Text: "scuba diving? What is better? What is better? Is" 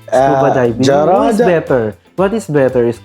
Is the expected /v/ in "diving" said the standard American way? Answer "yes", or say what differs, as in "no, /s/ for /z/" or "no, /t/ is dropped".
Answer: no, /b/ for /v/